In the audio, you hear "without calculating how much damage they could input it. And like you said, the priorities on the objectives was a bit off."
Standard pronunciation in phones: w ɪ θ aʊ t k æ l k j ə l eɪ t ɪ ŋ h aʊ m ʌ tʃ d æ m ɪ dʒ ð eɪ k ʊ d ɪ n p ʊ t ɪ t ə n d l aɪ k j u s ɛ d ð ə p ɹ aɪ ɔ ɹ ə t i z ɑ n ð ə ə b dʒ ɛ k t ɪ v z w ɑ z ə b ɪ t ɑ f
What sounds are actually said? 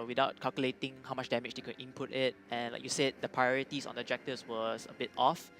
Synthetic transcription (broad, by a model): w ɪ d aʊ t k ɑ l k j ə l eɪ t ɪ ŋ h aʊ m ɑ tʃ d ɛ m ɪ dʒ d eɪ k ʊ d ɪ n p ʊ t ɪ t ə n l aɪ k j u s ɛ d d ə p ɹ aɪ ɔ ɹ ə t i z ɑ n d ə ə dʒ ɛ k t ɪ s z w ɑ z ə b ɪ t ɑ f